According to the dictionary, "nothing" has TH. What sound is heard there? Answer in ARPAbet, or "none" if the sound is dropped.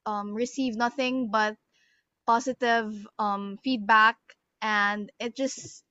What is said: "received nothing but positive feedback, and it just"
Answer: TH